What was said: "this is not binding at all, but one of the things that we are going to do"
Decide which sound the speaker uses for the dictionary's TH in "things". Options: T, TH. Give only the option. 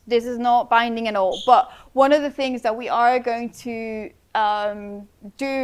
TH